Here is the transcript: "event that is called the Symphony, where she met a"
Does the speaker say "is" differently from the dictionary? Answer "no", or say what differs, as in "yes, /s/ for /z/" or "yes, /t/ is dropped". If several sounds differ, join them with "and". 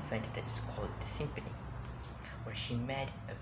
yes, /s/ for /z/